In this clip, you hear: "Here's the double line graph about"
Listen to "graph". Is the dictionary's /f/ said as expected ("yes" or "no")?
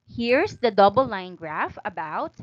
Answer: yes